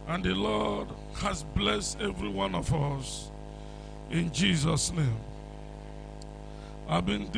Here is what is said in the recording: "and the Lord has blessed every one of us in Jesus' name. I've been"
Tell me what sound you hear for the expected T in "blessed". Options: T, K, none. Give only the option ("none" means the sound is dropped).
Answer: T